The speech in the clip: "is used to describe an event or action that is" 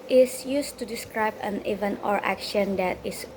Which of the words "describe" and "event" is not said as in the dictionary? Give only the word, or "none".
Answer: event